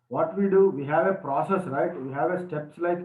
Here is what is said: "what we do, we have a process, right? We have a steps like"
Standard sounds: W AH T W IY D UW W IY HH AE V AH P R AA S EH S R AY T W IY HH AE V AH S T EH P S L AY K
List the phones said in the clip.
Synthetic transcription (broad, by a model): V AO T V IY D UW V IY HH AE V AH P R AA S EH S R AY T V IY HH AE V AH S T EH P S L AY K